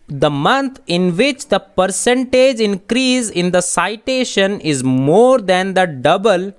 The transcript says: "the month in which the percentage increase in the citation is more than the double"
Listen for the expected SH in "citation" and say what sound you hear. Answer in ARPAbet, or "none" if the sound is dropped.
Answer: SH